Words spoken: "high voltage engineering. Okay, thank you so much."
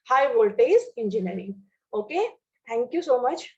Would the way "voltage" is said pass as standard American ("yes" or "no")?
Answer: no